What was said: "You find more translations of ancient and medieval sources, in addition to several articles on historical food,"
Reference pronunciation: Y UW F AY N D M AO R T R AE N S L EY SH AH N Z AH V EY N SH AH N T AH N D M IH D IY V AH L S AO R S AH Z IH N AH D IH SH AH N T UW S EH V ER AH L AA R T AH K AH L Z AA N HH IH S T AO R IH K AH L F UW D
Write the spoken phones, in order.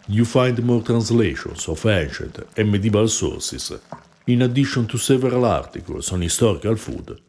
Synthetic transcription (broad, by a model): Y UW F AY N D M AO R T R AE N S L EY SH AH N S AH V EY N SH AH T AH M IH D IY B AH L S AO R S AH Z IH N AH D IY SH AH N T UW S EH V ER AH L AA R T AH K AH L S AA N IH S T AO R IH K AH L F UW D